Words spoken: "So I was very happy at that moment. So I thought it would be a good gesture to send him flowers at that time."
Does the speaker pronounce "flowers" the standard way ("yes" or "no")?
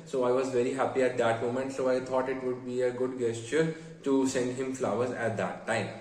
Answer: yes